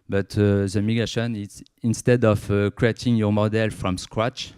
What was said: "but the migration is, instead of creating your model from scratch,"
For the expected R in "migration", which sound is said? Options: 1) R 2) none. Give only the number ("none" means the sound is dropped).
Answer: 2